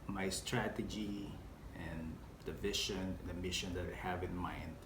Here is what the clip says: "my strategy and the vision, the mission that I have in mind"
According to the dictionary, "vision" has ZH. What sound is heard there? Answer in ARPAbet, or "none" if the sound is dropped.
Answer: SH